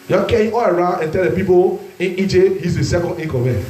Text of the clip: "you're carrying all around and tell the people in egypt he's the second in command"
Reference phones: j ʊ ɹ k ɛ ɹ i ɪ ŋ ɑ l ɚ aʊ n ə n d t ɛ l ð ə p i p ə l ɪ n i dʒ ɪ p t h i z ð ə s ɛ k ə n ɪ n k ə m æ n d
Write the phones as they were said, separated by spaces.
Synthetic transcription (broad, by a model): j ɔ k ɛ i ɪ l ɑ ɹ aʊ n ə n t ɛ l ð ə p i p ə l ɪ n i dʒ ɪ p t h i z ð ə s ɛ k ə n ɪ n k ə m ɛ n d